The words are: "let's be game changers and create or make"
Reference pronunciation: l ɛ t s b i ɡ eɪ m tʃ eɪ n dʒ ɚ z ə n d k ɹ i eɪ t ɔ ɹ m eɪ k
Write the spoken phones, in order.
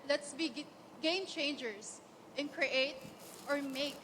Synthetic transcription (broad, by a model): l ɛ t s b i ɡ eɪ m tʃ eɪ n dʒ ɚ s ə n k ɹ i eɪ t ɔ ɹ m eɪ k